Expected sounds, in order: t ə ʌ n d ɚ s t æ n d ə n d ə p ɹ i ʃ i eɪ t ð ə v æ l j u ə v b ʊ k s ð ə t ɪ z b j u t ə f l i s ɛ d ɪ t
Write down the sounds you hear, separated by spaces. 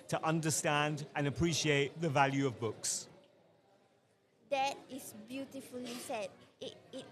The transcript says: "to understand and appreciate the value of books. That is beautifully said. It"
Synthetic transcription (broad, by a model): t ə ʌ n d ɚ s t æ n d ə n ə p ɹ i ʃ i eɪ t ð ə v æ l j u ə v b ʊ k s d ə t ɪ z b j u t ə f l i s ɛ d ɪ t